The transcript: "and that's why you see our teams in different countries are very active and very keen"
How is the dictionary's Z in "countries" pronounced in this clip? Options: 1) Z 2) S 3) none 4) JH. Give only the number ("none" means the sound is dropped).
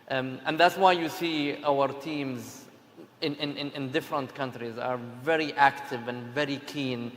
1